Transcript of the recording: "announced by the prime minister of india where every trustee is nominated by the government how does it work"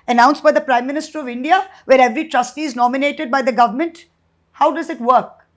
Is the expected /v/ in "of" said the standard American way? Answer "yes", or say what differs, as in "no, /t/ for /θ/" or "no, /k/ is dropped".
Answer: yes